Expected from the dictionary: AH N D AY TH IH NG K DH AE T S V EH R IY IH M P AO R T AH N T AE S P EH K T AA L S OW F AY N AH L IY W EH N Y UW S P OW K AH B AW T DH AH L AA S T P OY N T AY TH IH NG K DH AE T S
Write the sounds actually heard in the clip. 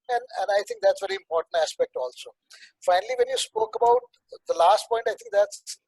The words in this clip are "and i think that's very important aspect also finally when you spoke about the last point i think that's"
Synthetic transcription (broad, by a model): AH N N AY T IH NG K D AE T S V EH R IY IH M P AO R T AH N T AE S P EH K T AA L S OW F AY N AH L IY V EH N Y UW S P OW K AH B AW T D AH L AA S T P OY N T AY T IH NG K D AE T S